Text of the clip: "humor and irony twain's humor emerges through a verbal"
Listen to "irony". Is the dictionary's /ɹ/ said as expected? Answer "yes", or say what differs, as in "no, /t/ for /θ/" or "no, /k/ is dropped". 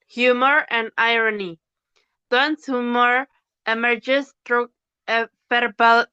yes